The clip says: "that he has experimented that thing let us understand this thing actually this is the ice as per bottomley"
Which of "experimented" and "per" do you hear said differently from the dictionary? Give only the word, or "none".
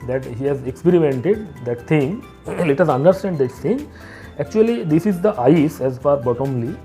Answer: per